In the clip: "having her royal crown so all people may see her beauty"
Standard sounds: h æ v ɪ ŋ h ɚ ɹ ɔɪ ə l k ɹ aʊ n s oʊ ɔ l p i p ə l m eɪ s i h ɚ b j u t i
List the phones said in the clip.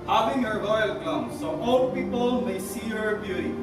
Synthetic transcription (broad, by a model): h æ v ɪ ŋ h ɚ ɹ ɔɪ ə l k l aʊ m s oʊ ɔ l p i p ə l m eɪ s i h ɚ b j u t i